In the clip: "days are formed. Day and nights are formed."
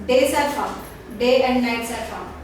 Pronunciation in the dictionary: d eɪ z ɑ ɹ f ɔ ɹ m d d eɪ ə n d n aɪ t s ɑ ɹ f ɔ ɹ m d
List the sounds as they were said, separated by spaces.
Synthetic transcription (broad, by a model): d eɪ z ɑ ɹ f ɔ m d d eɪ ə n d n aɪ t s ɑ ɹ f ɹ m